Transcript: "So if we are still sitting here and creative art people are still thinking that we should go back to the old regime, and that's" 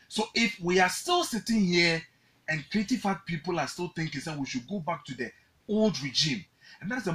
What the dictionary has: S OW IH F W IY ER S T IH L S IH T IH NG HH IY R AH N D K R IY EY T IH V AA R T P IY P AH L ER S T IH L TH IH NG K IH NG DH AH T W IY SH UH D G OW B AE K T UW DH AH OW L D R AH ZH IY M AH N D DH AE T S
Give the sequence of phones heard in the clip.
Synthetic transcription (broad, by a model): S OW IH F W IY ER S T IH L S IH T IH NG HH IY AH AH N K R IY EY T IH F AA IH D P IY P AH L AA S T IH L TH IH NG K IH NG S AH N W IY SH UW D G OW B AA K T UW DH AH OW L D R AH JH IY M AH N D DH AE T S